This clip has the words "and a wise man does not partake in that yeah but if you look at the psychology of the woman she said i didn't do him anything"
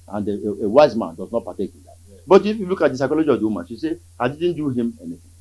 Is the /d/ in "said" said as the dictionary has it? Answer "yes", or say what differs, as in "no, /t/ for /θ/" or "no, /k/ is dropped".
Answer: no, /d/ is dropped